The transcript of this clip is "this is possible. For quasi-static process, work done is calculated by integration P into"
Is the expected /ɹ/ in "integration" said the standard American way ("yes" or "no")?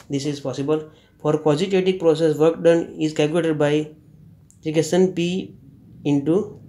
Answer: no